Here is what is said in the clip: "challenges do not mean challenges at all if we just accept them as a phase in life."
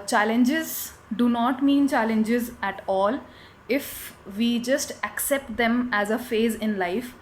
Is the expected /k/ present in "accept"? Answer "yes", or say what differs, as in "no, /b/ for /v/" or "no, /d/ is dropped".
yes